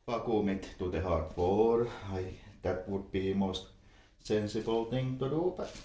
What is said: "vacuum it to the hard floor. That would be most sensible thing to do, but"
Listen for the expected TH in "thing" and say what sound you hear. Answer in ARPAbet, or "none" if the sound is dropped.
T